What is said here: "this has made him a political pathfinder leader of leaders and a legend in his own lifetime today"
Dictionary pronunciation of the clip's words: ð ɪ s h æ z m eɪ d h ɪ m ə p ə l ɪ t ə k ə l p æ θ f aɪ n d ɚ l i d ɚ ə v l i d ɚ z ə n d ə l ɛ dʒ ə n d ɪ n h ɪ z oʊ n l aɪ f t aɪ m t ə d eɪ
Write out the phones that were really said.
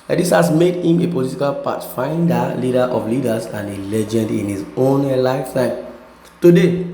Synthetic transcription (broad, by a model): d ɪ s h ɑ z m eɪ d h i m ə p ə l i t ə k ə l p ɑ t f aɪ n d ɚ l i d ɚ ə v l i d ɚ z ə n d ə l ɛ dʒ ə n d ɪ n h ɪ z oʊ n l aɪ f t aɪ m t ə d eɪ